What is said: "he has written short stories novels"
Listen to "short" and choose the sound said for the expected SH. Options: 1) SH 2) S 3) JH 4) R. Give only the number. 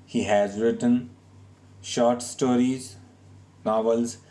1